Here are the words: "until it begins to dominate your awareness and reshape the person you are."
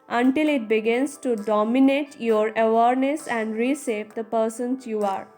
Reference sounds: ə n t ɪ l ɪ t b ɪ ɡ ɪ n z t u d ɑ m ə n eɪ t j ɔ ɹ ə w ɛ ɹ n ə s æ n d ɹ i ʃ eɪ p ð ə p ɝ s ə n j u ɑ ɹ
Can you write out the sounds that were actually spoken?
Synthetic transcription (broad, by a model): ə n t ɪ l ɪ t b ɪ ɡ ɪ n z t u d ɑ m ə n eɪ t j ɔ ɹ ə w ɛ ɹ n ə s æ n d ɹ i s eɪ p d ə p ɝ s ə n j u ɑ ɹ